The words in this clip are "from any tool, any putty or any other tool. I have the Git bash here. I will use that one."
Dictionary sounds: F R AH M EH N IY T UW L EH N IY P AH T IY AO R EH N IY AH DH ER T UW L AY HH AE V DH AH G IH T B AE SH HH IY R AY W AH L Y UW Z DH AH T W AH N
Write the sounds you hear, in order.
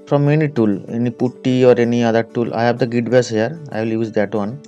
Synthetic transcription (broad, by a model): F R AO M EH N IY T UW L EH N IY P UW T IY AO R EH N IY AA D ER T UW L AY HH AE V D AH G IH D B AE S HH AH R AY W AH L Y UW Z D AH T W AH N